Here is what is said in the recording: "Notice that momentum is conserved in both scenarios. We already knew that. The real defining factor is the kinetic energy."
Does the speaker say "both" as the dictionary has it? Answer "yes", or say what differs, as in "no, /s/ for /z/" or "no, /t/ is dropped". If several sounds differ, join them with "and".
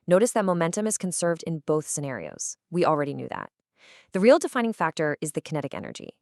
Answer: yes